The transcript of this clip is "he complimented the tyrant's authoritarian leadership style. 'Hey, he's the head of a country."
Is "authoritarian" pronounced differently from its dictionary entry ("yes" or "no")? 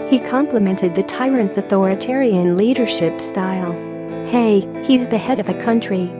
no